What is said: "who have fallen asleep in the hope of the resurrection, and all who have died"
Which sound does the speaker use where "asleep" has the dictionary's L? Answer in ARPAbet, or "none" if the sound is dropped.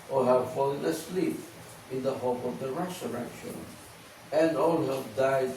L